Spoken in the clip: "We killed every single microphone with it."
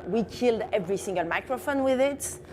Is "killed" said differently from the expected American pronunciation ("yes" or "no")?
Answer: no